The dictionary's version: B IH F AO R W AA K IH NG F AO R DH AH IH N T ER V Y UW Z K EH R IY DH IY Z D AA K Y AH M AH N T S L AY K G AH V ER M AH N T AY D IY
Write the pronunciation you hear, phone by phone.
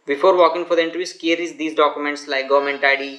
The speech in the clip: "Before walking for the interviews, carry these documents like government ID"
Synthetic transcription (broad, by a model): B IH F AO R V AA K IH NG F AO R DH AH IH N T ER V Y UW S K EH R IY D IY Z D AA K Y AH M AH N T S L AY K G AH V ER M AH N T AY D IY